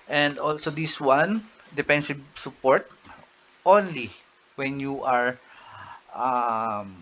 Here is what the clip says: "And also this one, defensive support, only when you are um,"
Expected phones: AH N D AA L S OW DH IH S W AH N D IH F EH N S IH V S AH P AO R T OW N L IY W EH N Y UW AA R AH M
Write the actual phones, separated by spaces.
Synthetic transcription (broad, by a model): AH N D AA L S OW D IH S W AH N D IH P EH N S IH B S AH P AO R T OW N L IY W EH N Y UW AA R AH M